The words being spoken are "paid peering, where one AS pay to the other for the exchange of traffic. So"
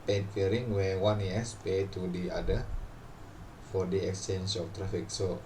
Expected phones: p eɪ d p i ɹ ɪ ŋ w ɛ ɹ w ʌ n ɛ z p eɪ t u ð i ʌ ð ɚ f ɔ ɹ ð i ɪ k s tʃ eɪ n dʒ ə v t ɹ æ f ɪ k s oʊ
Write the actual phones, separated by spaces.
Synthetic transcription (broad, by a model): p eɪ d f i ɹ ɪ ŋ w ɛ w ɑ n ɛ s p eɪ t u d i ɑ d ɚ f ɔ ɹ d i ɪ k s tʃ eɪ n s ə f t ɹ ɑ f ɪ k s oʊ